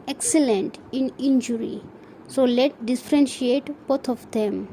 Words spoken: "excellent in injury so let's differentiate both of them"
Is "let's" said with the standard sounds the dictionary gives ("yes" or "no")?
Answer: no